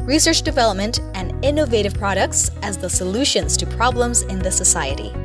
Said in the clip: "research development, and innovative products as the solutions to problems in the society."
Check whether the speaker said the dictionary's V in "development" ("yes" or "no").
yes